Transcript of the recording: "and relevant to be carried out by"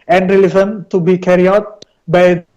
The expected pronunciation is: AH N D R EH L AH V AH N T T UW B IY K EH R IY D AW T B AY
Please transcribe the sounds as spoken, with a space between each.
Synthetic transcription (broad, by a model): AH N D R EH L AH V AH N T T UW B IY K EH R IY AW T B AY